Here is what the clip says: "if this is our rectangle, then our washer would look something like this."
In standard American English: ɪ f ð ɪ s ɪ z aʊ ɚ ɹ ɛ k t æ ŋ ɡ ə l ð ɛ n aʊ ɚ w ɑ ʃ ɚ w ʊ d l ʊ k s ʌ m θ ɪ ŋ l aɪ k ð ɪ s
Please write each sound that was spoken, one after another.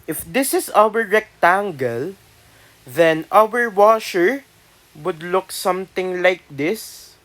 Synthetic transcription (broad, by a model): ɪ f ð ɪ s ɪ s aʊ ɚ ɹ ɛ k t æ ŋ ɡ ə l ð ɛ n aʊ ɚ w ɑ ʃ ɚ w ʊ d l ʊ k s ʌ m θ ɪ ŋ l aɪ k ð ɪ s